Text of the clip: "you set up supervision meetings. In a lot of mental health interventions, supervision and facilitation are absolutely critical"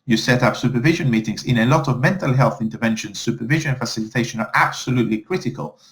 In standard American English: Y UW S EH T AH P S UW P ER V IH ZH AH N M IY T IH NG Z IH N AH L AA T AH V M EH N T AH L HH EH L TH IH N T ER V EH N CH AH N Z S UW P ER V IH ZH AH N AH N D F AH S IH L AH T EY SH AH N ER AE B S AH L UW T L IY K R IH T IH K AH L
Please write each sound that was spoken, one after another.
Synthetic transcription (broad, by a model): Y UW S EH T AH P S UW P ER V IH ZH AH N M IY T IH NG Z IH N AH L AA T AH V M EH N T AH L HH EH L TH IH N T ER V EH N SH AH N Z S UW P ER V IH ZH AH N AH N F AH S IH L AH T EY SH AH N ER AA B S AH L UW T L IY K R IH T IH K AH L